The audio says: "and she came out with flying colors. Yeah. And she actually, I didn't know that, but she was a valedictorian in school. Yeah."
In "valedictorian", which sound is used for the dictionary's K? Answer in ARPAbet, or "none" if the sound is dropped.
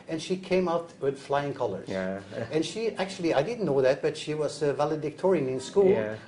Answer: K